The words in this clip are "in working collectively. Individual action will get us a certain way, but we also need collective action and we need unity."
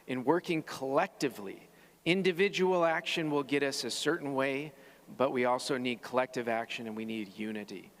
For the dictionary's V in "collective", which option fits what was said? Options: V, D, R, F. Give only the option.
V